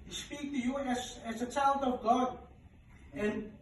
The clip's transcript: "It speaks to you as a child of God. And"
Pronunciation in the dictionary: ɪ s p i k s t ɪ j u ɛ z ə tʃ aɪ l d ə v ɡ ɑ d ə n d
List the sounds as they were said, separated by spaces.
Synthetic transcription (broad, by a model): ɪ s p i k t ɪ j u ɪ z ə tʃ aɪ l d ə v ɡ ɑ d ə n